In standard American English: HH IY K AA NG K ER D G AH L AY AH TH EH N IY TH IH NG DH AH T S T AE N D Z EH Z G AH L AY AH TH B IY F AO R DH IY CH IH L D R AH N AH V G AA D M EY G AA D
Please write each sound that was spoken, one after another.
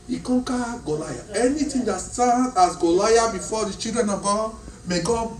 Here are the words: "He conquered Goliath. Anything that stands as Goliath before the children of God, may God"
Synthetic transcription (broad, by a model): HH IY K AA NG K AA G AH L AY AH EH N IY T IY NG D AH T S T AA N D AA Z G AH L AY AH B IY F AO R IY CH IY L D R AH N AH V G AA D M EY G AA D